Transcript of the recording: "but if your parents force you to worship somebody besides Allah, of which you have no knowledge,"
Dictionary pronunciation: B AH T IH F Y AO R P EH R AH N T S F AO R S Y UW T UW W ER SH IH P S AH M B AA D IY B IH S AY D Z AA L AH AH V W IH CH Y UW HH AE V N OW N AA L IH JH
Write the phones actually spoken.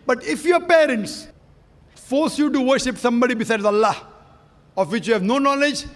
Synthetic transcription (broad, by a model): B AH T IH F Y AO P EH R AH N T S F AO R S Y UW T UW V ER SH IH P S AH M B AA D IY B IH S AY D Z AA L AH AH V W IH CH Y UW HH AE V N OW N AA L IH JH